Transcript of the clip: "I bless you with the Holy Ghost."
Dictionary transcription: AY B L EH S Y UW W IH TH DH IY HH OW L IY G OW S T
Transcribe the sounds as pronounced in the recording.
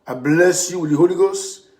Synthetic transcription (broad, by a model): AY B L EH S Y UW W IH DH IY HH OW L IY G OW S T